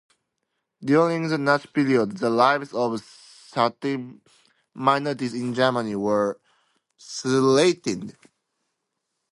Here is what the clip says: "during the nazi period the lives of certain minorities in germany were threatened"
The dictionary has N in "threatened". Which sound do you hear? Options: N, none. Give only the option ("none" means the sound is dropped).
none